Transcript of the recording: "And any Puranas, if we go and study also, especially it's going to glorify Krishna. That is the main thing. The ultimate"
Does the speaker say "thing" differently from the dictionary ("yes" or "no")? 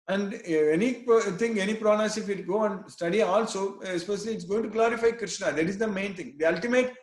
yes